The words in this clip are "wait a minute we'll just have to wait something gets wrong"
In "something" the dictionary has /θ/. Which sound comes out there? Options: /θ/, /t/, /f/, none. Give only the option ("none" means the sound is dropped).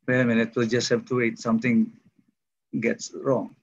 /t/